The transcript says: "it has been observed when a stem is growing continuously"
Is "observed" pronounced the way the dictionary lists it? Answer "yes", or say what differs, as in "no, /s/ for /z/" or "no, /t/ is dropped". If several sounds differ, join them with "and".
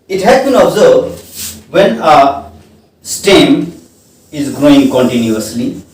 no, /b/ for /v/